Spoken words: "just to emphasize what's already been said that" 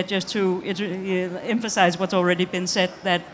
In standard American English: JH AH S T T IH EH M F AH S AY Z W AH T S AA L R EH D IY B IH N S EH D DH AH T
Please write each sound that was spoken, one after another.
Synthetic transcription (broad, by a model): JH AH S T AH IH EH M F AH S AY Z W AH T S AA L R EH D IY B IH N S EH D DH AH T